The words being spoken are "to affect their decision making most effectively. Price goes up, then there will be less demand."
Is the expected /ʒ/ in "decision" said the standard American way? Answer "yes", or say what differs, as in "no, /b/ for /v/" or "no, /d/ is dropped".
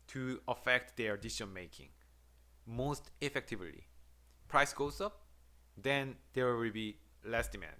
no, /ʃ/ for /ʒ/